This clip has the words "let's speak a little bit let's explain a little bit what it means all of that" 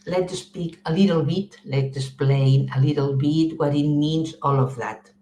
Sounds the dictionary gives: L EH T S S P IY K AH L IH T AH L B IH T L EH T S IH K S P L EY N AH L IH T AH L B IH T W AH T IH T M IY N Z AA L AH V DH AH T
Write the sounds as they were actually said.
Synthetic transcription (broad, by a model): L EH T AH S P IY K AH L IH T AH L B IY T L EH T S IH S P L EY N AH L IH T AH L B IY T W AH T IH T M IY N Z AA L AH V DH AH T